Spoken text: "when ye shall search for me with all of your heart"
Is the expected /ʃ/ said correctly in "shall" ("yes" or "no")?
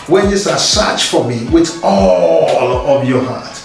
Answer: no